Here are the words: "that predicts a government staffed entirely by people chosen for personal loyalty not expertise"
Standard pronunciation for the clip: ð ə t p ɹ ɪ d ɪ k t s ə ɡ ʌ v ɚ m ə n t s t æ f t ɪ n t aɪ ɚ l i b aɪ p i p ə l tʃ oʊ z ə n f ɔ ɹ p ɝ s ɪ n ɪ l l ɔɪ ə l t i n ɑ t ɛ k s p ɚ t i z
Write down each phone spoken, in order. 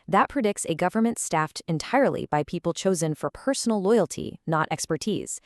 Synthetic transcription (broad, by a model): ð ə t p ɹ ɪ d ɪ k t s ə ɡ ʌ v ɚ m ə n t s t æ f t ɪ n t aɪ ɚ l i b aɪ p i p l tʃ oʊ z ə n f ɔ ɹ p ɝ s n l l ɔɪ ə l t i n ɑ t ɛ k s p ɚ t i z